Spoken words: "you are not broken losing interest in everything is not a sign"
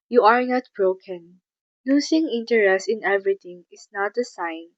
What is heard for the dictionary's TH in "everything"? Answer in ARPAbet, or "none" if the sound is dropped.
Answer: T